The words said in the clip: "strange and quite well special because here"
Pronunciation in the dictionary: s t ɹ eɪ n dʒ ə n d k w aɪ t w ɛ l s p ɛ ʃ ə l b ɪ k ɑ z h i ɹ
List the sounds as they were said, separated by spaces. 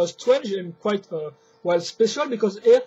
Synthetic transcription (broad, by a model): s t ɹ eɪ n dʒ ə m k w aɪ t w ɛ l s p ɛ ʃ ə l b ɪ k ɑ z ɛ